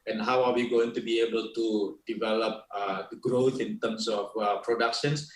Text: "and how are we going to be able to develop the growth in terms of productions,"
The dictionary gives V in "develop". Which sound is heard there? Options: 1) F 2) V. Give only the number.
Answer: 2